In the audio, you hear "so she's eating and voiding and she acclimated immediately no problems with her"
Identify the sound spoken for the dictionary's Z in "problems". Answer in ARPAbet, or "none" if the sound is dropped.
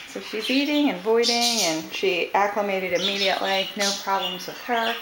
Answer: Z